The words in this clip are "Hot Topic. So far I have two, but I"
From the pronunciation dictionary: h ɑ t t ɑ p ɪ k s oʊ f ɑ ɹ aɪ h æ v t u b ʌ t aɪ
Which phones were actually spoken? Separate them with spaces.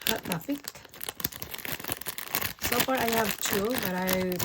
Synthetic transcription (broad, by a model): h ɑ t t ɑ f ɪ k s oʊ f ɑ ɹ aɪ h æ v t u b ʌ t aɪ